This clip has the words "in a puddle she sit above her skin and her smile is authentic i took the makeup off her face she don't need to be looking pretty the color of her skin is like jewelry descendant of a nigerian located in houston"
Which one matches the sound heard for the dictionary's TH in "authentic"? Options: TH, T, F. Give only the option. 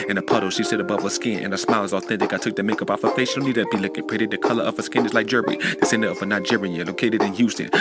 TH